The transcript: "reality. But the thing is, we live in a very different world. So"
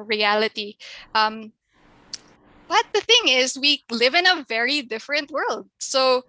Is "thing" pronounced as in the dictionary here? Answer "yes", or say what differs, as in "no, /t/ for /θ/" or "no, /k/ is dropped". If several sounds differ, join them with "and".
yes